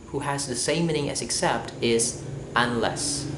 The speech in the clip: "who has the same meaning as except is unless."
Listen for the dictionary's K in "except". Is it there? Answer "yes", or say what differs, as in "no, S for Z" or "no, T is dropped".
yes